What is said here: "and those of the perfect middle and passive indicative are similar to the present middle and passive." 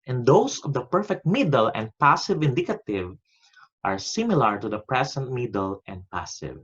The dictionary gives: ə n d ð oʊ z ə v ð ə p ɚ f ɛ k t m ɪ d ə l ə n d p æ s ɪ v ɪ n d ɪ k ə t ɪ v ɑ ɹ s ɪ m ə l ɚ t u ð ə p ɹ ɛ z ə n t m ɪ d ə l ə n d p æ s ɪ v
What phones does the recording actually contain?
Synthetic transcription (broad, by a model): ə n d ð oʊ s ə v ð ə p ɚ f ɛ k t m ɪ d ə l ə n d p æ s ɪ v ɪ n d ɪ k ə t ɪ v ɑ ɹ s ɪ m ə l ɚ t u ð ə p ɹ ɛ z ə n t m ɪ d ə l ə n d p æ s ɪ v